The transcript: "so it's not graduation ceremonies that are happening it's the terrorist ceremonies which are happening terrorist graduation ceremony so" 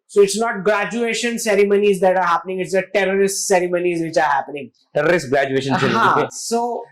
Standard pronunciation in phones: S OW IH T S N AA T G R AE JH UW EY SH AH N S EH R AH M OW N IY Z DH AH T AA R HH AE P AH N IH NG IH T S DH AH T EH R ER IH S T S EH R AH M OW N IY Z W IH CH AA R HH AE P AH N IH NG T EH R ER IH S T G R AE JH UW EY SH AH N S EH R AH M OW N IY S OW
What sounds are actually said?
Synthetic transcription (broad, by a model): S OW IH T S N AA T G R AE JH UW EY SH AH N S EH R AH M OW N IY Z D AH T AA R HH AE P AH N IH NG IH T S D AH T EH R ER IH S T S EH R AH M OW N IY Z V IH CH AA R HH AE P AH N IH NG T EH R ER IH S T G R AE JH UW EY SH AH N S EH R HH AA IY S OW